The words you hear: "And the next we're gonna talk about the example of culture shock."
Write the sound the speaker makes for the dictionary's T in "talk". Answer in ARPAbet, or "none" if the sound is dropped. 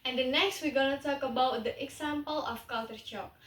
T